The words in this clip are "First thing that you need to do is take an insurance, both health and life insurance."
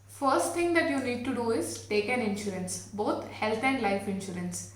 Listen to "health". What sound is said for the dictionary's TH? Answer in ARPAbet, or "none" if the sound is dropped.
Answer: T